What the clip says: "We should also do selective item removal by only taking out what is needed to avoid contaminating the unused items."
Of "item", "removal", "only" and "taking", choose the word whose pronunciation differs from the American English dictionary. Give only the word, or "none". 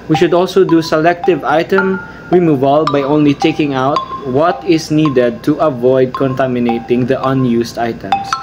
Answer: none